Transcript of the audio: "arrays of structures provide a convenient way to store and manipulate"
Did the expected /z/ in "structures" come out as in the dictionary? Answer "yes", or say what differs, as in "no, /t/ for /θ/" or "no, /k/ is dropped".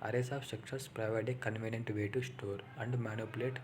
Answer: no, /s/ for /z/